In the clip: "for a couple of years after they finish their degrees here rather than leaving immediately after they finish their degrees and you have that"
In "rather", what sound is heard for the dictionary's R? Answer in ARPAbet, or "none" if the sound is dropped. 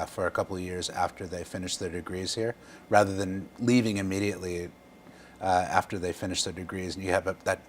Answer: R